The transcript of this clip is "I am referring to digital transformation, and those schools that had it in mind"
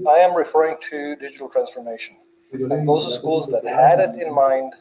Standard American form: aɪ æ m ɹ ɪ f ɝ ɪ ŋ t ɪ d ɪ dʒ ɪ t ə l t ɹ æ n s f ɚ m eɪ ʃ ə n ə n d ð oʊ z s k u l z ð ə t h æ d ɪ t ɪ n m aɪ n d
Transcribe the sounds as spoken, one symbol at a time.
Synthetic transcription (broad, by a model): aɪ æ m ɹ ɪ f ɝ ɪ ŋ t ɪ d ɪ dʒ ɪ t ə l t ɹ æ n s f ɚ m eɪ ʃ ə n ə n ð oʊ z s k u l z ð ə t h æ d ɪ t ɪ n m aɪ n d